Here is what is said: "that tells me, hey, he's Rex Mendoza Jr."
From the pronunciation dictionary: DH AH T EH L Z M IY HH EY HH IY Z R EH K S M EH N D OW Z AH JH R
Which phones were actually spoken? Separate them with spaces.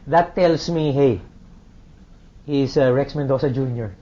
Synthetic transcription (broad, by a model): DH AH T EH L S M IY HH EY HH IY S R EH K S M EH N D OW S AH JH R